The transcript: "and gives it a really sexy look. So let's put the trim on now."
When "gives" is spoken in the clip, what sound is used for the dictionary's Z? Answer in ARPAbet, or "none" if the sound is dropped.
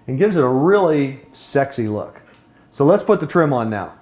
Z